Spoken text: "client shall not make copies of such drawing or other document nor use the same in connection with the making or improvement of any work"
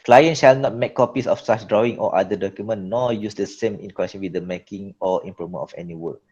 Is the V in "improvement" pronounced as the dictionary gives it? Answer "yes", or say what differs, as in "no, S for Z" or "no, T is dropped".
no, V is dropped